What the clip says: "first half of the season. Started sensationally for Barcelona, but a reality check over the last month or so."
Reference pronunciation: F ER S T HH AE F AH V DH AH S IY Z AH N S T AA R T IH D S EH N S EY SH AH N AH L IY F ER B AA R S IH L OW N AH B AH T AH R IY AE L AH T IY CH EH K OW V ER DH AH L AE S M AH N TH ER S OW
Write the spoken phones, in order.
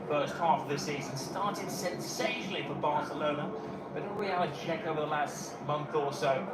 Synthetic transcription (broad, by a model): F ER S T HH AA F AH V DH AH S IY Z AH N S T AA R T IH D S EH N S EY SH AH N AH L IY F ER B AA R S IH L OW N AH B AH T AH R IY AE AH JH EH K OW V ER DH AH L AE S M AH N TH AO S OW